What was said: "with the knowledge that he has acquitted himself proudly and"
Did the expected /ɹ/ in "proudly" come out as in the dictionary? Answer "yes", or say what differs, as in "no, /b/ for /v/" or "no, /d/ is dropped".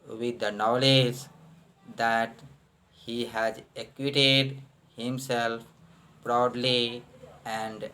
yes